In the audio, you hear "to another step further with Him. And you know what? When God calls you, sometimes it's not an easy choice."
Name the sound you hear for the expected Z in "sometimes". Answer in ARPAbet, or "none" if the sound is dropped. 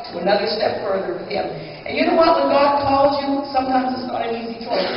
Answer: Z